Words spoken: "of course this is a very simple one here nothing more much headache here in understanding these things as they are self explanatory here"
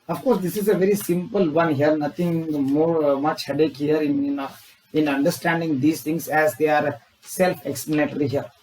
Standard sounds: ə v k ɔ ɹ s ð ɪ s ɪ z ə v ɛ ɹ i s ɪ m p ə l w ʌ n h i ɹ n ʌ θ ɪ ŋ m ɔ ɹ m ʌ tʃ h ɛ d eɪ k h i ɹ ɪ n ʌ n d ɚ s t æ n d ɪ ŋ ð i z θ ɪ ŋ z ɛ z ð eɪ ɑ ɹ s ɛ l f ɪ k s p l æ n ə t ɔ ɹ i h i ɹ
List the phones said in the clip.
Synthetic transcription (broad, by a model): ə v k ɔ ɹ s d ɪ s ɪ z ə v ɛ ɹ i s ɪ m p ə l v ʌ n h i ɹ n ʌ t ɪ ŋ m ɔ ɹ m ʌ tʃ h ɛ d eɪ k h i ɹ ɪ n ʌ n d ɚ s t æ n d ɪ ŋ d i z t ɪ ŋ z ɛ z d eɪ ɑ ɹ s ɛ l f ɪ k s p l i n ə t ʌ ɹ i h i ɹ